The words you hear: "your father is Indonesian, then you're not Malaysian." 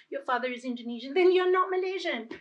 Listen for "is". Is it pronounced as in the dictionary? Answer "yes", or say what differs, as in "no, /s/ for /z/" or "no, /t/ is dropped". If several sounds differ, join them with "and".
yes